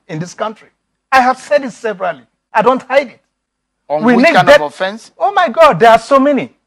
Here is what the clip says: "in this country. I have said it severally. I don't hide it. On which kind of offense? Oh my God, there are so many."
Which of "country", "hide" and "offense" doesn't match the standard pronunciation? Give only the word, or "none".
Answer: none